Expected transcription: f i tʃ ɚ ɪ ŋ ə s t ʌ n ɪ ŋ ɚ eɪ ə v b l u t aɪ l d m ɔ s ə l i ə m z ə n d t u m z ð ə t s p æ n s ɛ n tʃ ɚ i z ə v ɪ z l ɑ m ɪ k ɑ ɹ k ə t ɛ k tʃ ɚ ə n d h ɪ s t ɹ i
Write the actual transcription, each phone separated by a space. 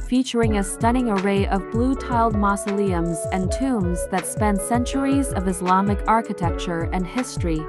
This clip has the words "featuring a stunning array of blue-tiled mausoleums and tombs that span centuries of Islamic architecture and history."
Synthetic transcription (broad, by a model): f i tʃ ɚ ɪ ŋ ə s t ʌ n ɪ ŋ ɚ eɪ ə v b l u t aɪ l d m ɔ s ə l i ə m z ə n t u m z ð ə t s p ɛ n s ɛ n tʃ ɚ i z ə v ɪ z l ɑ m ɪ k ɑ ɹ k ə t ɛ k tʃ ɚ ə n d h ɪ s t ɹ i